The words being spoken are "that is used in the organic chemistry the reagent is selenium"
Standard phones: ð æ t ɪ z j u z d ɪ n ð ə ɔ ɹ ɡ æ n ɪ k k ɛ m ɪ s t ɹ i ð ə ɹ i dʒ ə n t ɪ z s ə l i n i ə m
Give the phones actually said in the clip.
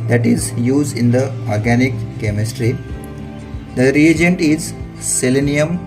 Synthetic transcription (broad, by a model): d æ t ɪ z j u z d ɪ n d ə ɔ ɹ ɡ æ n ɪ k k ɛ m ɪ s t ɹ i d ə ɹ i dʒ ə n t ɪ z s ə l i n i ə m